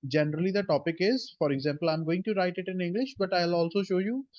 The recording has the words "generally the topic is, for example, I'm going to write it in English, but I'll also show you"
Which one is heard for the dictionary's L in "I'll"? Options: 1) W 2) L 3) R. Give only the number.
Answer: 2